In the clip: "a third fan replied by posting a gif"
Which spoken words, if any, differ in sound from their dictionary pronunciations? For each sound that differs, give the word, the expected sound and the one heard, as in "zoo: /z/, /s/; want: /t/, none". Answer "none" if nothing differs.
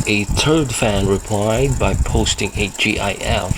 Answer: third: /θ/, /t/